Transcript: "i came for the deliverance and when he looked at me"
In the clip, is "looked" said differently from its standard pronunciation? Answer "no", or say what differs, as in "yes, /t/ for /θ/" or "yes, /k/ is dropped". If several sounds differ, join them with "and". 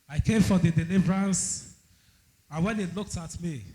no